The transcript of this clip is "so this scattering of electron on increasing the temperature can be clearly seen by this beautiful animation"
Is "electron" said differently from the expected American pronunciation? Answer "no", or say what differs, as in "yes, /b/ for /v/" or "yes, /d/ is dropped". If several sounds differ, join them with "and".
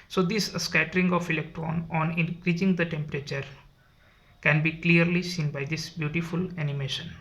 no